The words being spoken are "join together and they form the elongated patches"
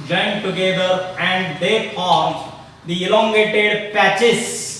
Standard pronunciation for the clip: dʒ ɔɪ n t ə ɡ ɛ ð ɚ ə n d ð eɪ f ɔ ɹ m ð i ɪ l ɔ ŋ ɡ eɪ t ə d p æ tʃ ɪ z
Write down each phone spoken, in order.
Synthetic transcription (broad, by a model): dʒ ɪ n t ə ɡ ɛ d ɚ ə n d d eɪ p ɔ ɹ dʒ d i ɪ l ɔ ŋ ɡ eɪ t ə d p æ tʃ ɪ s